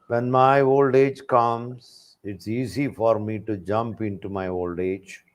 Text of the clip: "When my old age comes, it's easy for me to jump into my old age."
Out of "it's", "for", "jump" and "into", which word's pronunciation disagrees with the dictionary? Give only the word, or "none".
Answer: none